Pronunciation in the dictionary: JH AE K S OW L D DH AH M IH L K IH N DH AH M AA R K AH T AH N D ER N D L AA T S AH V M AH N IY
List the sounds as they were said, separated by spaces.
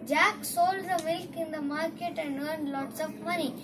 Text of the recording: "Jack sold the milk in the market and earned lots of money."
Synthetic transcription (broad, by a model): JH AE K S OW L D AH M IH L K IH N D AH M AA R K AH T AH N D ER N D L AA T S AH P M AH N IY